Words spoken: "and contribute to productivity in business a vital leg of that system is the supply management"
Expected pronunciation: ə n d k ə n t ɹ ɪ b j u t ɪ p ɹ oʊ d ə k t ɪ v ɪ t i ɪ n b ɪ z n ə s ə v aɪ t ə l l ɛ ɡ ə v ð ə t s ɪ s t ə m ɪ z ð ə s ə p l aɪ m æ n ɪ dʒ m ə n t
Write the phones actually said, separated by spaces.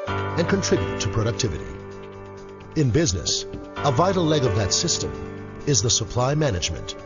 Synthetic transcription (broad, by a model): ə n k ə n t ɹ ɪ b j u t ɪ p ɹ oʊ d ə k t ɪ v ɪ t i ɪ n b ɪ z n ə s ə v aɪ t l l ɛ ɡ ə v ð ə t s ɪ s t ə m ɪ z ð ə s ə p l aɪ m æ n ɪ dʒ m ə n t